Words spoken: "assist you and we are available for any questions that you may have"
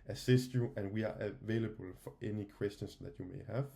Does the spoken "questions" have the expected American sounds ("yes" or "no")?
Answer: no